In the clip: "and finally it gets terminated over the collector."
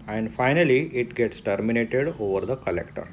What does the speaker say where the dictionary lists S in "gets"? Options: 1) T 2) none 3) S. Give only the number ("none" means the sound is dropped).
3